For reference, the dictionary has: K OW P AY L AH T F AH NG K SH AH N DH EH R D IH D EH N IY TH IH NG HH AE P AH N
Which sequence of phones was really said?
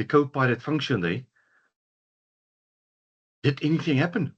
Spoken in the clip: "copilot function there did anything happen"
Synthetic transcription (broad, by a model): K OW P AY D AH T F AH NG K SH AH N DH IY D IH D EH N IY TH IH NG HH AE P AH N